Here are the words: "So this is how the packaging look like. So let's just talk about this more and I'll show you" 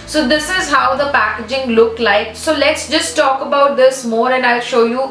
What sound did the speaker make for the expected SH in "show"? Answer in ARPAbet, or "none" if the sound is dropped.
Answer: SH